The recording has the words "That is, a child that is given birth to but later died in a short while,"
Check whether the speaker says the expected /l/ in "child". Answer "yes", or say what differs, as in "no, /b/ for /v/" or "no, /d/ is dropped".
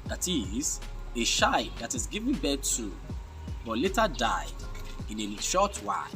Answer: no, /l/ is dropped